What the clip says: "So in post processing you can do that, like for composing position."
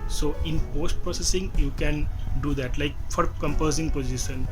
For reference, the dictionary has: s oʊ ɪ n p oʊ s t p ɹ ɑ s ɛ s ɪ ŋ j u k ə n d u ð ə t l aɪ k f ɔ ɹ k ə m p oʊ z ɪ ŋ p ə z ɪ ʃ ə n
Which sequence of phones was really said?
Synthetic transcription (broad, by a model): s oʊ ɪ n p oʊ s t p ɹ ɑ s ɛ s ɪ ŋ j u k ə n d u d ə t l aɪ k f ɔ ɹ k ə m p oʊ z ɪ ŋ p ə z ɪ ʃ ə n